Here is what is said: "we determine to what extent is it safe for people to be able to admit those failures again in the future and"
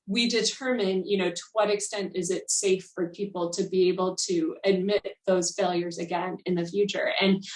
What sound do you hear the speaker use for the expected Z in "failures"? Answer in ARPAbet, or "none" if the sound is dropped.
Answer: Z